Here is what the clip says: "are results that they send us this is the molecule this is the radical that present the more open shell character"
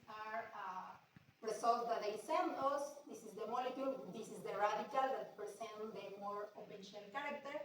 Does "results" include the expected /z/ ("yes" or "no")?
no